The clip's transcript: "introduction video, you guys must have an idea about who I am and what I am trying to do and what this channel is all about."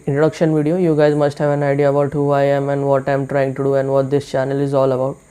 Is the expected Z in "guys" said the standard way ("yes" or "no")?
yes